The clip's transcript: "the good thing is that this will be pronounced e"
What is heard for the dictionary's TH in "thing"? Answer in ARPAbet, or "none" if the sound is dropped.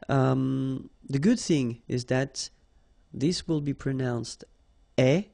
TH